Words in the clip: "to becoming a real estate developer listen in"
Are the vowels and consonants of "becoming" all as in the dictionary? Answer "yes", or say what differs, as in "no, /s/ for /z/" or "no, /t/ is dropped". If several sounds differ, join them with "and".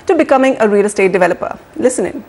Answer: yes